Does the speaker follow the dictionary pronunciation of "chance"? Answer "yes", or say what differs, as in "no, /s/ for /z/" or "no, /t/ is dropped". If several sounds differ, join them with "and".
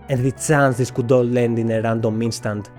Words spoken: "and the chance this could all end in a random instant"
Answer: no, /s/ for /tʃ/